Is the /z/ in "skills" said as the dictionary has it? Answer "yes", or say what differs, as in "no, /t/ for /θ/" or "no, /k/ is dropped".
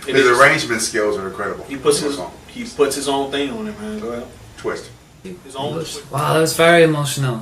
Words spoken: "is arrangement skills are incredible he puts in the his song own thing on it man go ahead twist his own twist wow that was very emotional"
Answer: yes